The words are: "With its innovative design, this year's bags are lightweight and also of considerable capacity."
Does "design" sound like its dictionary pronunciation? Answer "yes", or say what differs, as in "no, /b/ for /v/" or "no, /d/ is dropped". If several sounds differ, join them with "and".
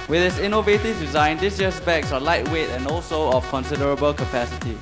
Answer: yes